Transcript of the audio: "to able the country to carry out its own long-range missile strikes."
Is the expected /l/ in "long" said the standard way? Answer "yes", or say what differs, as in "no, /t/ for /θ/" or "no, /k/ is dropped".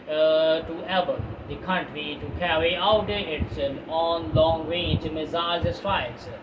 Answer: yes